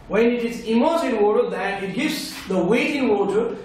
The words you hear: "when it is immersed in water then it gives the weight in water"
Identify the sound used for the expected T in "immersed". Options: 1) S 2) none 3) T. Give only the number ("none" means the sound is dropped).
2